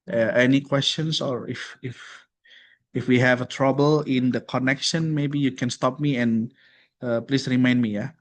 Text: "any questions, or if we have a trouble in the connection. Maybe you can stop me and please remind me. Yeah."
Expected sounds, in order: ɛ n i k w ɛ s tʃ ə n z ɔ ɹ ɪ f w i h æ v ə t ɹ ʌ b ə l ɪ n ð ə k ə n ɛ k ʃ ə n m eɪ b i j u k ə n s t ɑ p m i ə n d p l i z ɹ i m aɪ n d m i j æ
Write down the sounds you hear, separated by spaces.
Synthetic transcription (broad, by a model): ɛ n i k w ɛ s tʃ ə n s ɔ ɹ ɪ f w i h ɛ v ə t ɹ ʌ b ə l ɪ n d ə k ə n ɛ k ʃ ə n m eɪ b i j u k ə n s t ɑ p m i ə n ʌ p l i s ɹ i m aɪ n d m i j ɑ